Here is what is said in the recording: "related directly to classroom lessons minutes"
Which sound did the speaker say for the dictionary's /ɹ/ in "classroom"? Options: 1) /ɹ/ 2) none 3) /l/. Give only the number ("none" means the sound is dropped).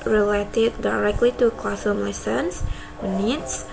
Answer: 2